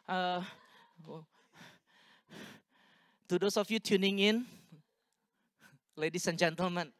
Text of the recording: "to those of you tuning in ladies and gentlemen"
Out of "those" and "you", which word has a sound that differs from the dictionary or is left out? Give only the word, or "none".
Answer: those